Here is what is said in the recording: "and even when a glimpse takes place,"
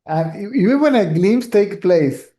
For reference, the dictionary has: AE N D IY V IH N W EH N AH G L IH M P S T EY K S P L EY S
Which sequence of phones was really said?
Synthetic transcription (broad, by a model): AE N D IY V IH N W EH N AH G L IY M S T EY K P L EY S